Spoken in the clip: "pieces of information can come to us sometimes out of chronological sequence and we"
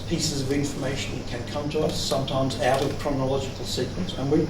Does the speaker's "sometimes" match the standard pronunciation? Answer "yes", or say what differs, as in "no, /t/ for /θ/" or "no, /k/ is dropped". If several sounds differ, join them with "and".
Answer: yes